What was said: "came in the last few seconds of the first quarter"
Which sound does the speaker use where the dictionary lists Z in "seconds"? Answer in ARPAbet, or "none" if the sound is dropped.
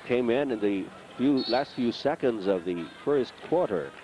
Z